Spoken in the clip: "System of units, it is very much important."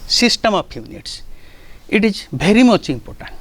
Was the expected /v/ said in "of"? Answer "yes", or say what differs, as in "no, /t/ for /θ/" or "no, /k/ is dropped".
no, /p/ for /v/